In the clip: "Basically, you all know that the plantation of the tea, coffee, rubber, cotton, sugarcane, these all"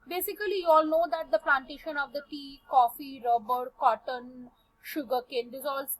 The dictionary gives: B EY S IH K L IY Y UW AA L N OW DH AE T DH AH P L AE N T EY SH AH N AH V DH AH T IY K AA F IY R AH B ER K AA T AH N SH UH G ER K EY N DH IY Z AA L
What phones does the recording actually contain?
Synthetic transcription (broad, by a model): B EY S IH K L IY Y UW AA L N OW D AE T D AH P L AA N T EY SH AH N AH V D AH T IY K AA F IY R AH B ER K AA T AH N SH UH G ER K EY N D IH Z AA L